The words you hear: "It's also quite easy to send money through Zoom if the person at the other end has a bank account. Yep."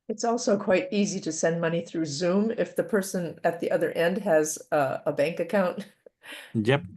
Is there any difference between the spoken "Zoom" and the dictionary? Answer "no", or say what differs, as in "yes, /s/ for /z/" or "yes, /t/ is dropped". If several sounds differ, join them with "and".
no